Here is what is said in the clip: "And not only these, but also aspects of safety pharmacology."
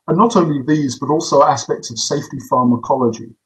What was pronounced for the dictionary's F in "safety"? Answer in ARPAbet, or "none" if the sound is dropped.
F